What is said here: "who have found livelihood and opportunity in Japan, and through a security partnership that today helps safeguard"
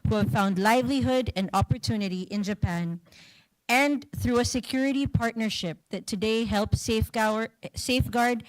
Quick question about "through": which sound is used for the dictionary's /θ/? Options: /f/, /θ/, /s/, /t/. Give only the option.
/θ/